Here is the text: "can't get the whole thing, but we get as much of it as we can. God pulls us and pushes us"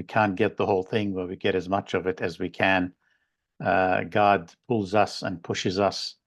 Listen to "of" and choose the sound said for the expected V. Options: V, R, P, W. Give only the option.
V